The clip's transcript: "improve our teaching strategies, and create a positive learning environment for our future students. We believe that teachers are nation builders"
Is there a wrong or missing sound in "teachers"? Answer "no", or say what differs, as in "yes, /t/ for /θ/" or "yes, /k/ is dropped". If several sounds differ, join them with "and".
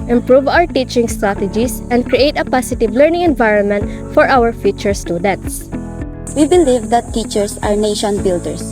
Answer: yes, /s/ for /z/